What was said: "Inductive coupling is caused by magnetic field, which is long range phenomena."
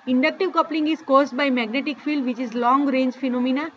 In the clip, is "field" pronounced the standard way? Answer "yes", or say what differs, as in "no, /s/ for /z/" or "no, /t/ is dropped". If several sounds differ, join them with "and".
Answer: yes